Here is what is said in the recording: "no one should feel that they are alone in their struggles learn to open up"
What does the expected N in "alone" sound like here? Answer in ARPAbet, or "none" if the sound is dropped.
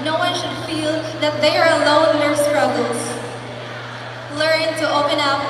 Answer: none